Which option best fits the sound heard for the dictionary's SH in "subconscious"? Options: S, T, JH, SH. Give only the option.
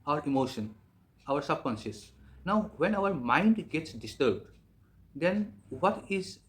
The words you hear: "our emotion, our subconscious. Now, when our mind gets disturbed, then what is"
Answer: S